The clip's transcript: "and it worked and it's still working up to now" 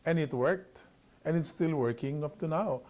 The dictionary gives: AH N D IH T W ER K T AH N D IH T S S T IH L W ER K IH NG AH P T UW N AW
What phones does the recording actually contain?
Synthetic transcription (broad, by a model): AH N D IH T W ER K T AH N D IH T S S T IH L W ER K IH NG AH P T UW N AW